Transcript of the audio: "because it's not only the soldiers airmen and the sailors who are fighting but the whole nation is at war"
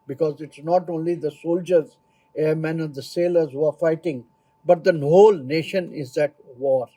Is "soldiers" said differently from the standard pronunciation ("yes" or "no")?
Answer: no